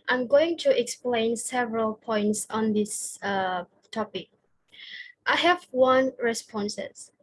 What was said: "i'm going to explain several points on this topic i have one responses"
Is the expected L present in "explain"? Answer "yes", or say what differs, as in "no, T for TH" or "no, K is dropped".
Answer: yes